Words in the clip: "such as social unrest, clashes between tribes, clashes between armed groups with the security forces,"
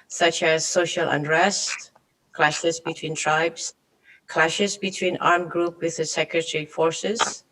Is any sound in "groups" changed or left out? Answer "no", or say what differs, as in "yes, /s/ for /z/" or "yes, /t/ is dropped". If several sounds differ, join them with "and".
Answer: yes, /s/ is dropped